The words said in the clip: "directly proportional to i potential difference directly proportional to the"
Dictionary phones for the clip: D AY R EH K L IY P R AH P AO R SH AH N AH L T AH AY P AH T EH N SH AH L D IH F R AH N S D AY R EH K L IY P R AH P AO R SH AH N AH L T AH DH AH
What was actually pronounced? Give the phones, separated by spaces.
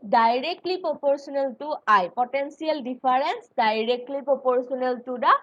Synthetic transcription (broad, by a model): D AY R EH K L IY P R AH P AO R S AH N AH L T AH AY P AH T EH N S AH L D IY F R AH N S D AY R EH K L IY P R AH P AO R S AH N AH L T AH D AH